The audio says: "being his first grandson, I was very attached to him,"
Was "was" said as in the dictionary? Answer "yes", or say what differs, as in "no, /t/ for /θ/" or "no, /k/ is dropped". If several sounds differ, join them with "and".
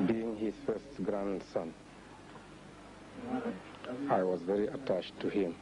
yes